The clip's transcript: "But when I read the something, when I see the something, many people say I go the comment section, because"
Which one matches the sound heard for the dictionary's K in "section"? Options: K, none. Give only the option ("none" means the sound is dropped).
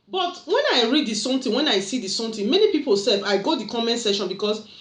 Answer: none